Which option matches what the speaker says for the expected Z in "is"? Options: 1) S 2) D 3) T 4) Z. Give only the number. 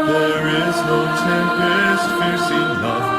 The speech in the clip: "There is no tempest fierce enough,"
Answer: 4